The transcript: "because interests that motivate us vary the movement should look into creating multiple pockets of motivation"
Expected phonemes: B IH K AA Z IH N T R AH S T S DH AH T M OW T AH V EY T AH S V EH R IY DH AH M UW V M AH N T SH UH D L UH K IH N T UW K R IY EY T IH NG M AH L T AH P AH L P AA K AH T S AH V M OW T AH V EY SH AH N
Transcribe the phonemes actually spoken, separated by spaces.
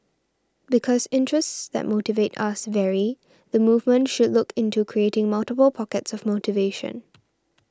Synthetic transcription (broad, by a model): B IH K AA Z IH N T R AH S T S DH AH T M OW T AH V EY T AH S V EH R IY DH AH M UW V M AH N T SH UH D L UH K IH N T UW K R IY EY T IH NG M AH L T AH P AH L P AA K AH T S AH V M OW T AH V EY SH AH N